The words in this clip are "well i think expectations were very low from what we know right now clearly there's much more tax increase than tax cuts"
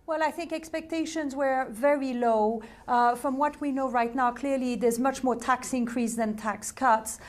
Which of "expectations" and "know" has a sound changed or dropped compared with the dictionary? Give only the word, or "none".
none